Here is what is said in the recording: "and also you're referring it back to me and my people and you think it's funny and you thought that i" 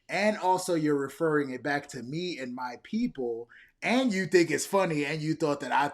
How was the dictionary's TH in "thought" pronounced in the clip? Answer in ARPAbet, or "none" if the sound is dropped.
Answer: TH